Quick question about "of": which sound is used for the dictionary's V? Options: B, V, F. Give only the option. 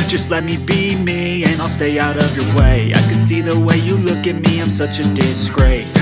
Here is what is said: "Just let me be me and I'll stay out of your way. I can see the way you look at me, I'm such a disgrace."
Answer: V